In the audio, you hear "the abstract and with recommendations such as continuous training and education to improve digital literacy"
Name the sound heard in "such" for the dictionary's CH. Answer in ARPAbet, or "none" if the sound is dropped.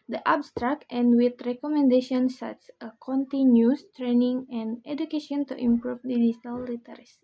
S